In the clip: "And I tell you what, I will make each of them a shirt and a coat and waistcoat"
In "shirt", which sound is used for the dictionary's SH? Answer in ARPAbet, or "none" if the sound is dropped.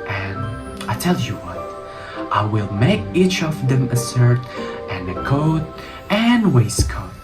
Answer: S